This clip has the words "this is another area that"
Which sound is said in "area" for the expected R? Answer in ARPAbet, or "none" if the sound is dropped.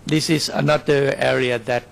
R